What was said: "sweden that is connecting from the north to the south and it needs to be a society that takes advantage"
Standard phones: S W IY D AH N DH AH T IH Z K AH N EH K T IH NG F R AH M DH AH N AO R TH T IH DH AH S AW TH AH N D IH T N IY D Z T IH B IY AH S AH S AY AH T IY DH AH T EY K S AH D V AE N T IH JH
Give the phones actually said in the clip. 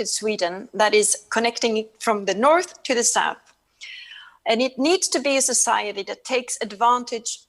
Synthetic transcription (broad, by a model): S W IY D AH N DH AH T IH Z K AH N EH K T IH NG F R AH M DH AH N AO R TH T IH DH AH S AW TH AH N IH T N IY D Z T IH B IY AH S AH S AY AH T IY DH AH T EY K S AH D V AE N T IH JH